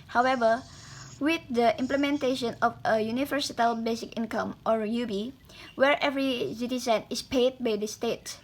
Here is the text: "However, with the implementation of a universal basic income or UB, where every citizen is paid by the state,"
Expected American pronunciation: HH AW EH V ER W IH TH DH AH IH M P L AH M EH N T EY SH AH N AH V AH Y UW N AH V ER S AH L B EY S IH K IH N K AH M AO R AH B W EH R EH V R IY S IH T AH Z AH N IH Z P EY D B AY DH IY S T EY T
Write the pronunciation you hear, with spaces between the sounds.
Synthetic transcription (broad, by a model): HH AW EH V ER W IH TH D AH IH M P L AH M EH N T EY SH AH N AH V AH Y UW N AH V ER S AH L B EY S IH K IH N K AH M AO R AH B W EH R EH V R IY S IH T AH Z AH N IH S P EY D B AY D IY S T EY T